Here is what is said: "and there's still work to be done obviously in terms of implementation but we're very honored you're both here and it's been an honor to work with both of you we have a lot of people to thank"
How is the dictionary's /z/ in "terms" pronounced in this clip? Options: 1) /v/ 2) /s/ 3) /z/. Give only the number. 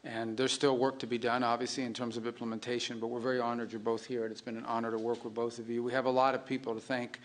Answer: 3